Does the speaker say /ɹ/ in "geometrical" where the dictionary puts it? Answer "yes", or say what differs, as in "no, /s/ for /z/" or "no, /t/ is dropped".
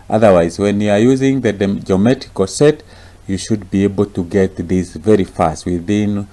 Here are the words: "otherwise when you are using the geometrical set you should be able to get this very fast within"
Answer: no, /ɹ/ is dropped